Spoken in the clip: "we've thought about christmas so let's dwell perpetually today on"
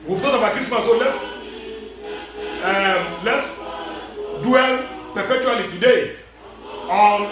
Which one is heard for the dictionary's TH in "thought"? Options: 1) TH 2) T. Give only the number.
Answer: 2